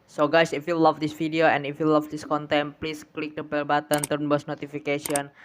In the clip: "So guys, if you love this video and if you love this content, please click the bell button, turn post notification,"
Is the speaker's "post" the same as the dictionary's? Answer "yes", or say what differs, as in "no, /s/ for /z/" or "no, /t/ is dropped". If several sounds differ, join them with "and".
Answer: no, /b/ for /p/